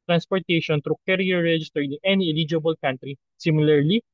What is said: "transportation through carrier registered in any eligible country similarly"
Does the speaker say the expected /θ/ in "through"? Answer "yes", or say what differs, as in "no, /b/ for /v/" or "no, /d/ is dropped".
no, /t/ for /θ/